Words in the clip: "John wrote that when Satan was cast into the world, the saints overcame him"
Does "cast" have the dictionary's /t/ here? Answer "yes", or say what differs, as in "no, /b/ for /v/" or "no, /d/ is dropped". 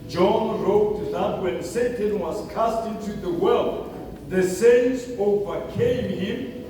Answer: yes